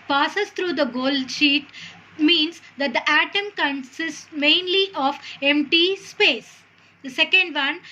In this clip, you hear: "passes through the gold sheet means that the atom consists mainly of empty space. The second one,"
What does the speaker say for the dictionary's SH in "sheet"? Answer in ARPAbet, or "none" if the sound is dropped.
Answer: SH